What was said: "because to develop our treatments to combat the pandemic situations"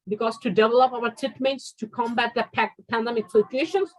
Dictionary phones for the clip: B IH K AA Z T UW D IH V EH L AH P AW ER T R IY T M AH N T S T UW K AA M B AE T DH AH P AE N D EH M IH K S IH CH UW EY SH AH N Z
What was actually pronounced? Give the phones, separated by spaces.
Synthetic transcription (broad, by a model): B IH K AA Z T UW D IH V EH L AH P AW ER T IY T M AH T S T UW K AA M B AE T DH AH P AE N D EH M IH K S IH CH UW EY SH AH N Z